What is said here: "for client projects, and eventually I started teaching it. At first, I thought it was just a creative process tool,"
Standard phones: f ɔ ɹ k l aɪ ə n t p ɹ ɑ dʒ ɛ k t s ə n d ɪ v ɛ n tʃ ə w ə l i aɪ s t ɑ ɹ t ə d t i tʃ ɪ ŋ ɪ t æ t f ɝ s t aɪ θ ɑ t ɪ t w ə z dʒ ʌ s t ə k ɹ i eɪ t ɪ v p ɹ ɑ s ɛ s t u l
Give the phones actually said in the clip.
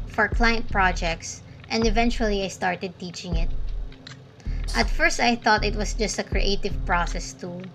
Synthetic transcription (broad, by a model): f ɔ ɹ k l aɪ ə n t p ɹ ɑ dʒ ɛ k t s ə n d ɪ v ɛ n tʃ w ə l i aɪ s t ɑ ɹ t ə d t i tʃ ɪ ŋ ɪ t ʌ t f ɝ s t aɪ θ ɑ t ɪ t w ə s dʒ ʌ s t ə k ɹ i eɪ t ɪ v p ɹ ɑ s ɛ s t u